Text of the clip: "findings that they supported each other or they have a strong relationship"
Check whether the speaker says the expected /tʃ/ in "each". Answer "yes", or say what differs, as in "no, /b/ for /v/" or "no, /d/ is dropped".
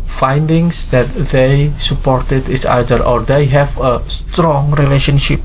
no, /s/ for /tʃ/